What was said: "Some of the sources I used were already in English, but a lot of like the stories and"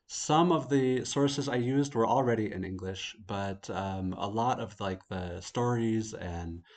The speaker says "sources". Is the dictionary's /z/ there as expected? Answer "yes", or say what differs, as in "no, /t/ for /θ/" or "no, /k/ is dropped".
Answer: yes